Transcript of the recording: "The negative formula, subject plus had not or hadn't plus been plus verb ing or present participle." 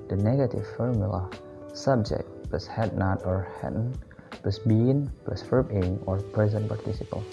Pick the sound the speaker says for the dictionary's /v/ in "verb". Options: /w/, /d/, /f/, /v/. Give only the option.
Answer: /f/